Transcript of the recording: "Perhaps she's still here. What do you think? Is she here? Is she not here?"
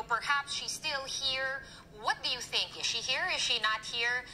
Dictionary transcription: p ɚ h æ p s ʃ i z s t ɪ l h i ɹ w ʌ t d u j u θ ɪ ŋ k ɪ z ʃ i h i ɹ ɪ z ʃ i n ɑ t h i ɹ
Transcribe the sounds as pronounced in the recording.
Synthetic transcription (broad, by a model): p ɚ h æ p s ʃ i s t ɪ l h i ɹ w ʌ t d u j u θ ɪ ŋ k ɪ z ʃ i h i ɹ ɪ z ʃ i n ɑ t h i ɹ